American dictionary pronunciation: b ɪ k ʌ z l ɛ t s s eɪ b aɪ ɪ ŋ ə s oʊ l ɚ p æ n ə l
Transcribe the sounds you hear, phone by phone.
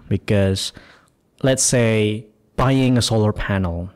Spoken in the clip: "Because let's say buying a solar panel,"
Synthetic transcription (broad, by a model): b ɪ k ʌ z l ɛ t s s eɪ b aɪ ɪ ŋ ə s oʊ l ɚ p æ n l